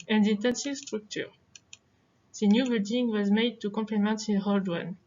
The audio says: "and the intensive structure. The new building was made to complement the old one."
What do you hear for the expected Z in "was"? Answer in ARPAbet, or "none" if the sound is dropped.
Z